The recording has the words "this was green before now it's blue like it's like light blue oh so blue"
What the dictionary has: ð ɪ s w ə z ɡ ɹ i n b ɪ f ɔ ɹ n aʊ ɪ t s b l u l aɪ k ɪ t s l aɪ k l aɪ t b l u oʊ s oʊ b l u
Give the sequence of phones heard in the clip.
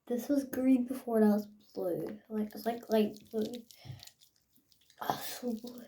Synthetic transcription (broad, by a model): ð ɪ s w ə z ɡ ɹ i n b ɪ f ɔ ɹ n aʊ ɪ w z b l u l aɪ k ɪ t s l aɪ k l aɪ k b l u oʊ s oʊ b l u